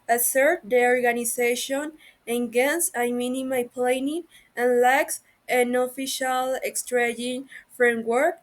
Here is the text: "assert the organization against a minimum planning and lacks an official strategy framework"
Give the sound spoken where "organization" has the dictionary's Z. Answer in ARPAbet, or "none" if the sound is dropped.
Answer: S